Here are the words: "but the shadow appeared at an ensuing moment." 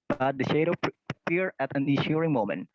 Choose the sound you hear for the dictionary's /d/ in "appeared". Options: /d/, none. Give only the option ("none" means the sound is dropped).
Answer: none